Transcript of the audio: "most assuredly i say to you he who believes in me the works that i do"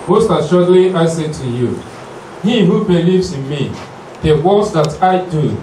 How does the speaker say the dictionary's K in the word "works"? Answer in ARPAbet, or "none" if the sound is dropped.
none